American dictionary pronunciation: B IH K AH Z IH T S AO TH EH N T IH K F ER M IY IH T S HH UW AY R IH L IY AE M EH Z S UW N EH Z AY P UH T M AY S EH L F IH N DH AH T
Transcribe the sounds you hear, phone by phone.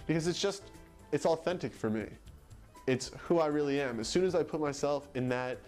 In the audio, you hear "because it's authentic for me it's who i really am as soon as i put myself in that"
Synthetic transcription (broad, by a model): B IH K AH Z IH T S AO TH EH N T IH K F ER M IY IH T S HH UW AY R IH L IY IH M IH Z S UW N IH Z AY P UH T M AY S EH L F IH N DH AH T